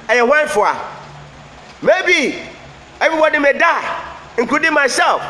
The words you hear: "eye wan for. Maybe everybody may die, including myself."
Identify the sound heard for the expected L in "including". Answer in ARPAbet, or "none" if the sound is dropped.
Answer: none